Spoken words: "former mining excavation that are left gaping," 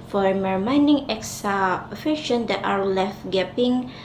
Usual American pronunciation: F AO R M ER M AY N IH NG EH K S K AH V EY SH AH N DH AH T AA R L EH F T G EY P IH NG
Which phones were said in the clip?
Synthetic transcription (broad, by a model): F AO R M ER M AY N IH NG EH K S AH F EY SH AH N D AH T AA R L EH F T G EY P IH NG